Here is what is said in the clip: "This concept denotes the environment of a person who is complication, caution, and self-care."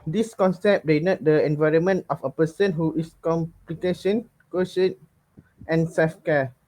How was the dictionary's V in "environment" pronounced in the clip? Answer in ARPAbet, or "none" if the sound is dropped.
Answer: V